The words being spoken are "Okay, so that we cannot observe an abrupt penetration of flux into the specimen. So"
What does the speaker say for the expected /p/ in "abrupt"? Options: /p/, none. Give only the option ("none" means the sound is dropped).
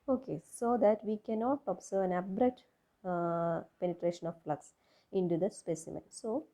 none